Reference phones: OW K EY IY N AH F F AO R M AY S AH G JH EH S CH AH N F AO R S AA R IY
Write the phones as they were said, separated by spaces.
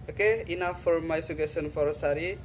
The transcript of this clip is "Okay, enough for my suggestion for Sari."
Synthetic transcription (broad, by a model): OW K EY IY N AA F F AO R M AY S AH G EH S AH N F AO R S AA R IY